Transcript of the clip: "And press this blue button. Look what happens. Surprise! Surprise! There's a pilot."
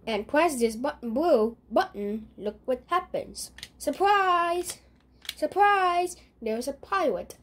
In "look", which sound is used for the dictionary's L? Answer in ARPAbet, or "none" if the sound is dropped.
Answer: L